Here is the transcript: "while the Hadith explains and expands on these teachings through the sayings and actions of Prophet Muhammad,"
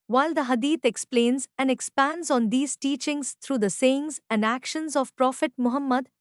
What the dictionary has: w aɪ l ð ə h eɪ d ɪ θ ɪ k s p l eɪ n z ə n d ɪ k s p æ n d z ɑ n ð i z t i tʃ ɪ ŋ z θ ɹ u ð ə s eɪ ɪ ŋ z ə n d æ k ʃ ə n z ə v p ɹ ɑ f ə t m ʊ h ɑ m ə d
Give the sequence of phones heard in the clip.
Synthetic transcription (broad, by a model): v aɪ l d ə h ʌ d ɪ t ɪ k s p l eɪ n z ə n d ɪ k s p æ n d z ɑ n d i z t i tʃ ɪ ŋ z t ɹ u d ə s eɪ ɪ ŋ z ə n d æ k ʃ ə n z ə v p ɹ ɑ f ə t m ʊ h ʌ m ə d